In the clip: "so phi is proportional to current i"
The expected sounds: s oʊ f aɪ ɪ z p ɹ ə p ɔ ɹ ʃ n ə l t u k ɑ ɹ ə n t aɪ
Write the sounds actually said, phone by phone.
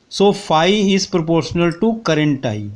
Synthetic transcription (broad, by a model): s oʊ f aɪ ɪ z p ɹ ə p ɔ ɹ ʃ n ə l t u k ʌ ɹ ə n t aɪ